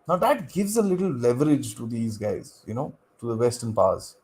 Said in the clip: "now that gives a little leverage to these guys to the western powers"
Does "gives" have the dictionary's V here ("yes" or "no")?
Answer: yes